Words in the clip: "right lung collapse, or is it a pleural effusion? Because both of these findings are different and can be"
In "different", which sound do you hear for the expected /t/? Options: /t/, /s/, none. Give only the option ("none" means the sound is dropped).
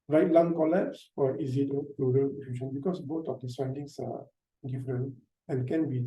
none